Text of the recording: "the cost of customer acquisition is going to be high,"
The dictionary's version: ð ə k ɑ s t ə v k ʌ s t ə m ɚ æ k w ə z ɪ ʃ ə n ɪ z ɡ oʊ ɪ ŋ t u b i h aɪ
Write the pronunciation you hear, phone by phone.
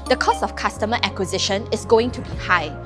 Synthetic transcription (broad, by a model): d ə k ɑ s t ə f k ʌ s t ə m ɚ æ k w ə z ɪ ʃ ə n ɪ s ɡ oʊ ɪ ŋ t u b i h aɪ